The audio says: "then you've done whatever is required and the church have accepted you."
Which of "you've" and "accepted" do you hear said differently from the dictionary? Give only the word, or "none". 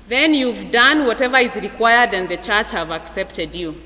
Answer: none